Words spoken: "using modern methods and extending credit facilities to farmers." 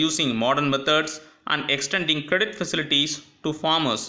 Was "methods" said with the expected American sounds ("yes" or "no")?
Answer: no